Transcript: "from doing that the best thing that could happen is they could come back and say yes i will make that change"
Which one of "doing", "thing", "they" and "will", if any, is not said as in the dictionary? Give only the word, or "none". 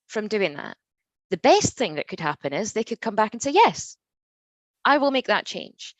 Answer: none